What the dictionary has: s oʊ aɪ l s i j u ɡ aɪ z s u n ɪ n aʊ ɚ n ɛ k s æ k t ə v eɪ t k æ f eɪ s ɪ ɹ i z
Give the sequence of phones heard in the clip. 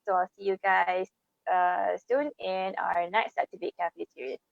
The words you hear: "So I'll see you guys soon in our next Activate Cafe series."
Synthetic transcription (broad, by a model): s oʊ aɪ l s i j u ɡ aɪ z s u n ɪ n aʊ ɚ n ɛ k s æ t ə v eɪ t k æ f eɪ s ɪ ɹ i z